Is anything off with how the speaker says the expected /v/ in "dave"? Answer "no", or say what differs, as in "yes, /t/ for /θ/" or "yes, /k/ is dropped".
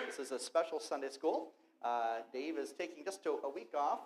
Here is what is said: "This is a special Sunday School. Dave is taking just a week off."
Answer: no